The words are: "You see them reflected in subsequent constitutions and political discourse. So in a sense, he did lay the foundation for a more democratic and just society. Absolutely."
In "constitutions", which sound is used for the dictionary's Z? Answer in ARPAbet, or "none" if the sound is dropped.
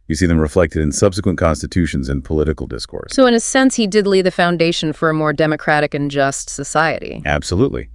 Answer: Z